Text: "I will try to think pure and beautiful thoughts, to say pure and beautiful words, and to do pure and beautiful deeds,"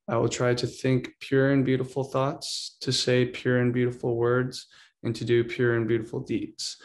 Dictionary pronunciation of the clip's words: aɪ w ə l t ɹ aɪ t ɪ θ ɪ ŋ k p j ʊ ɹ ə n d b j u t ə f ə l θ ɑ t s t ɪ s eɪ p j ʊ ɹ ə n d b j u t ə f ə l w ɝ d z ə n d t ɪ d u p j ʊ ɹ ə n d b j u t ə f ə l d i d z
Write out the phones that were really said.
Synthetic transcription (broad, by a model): aɪ w ə l t ɹ aɪ t ɪ θ ɪ ŋ k p j ʊ ɹ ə n b j u t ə f l θ ɑ t s t ɪ s eɪ p j ʊ ɹ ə n b j u t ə f l w ɝ d z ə n t ɪ d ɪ p j ʊ ɹ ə n b j u t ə f l d i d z